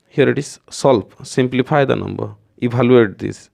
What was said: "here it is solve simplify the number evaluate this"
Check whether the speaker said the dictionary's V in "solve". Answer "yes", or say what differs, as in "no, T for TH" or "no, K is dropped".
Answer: no, P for V